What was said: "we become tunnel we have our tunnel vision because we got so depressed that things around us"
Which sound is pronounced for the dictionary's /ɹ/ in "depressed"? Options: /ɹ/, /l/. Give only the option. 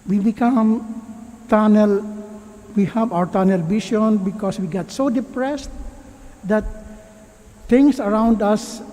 /ɹ/